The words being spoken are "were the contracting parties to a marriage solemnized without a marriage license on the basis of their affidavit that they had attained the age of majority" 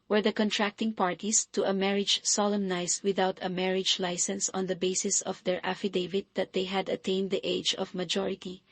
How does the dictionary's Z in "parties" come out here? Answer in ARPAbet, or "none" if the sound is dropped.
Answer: S